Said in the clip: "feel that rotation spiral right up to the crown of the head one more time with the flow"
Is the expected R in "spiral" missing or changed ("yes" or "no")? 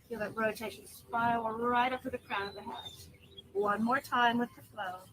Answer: yes